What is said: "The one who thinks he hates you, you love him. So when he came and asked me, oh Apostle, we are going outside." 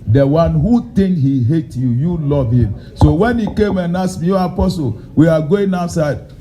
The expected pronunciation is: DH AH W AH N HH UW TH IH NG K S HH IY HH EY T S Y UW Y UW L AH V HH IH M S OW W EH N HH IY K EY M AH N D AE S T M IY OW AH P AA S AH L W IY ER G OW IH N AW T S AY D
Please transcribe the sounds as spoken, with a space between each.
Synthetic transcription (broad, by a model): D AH W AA N HH UW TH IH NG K HH IY HH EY T Y UW Y UW L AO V HH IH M S OW W EH N HH IY K EY M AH N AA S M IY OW AH P AA S AH L W IY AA G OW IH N AW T S AY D